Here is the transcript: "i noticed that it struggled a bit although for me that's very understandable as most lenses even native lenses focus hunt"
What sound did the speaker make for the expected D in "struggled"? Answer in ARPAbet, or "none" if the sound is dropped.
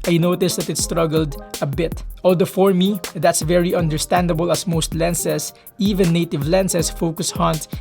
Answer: D